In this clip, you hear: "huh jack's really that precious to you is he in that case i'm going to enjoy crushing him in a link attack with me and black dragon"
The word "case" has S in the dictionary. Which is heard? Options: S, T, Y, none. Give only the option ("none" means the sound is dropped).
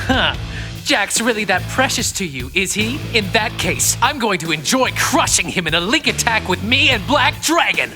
S